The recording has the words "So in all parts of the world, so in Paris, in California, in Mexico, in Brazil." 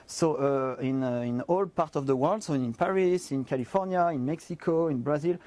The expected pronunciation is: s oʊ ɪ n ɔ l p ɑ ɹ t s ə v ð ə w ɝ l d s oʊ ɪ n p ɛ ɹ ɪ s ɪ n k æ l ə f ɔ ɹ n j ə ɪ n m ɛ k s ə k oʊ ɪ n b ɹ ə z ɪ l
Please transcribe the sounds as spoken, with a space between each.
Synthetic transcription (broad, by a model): s oʊ ɪ n ɔ l p ɑ ɹ t ə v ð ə w ɝ l d s oʊ ɪ n p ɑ ɹ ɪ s ɪ n k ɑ l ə f ɔ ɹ n j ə ɪ n m ɛ k s ə k oʊ ɪ n b ɹ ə z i l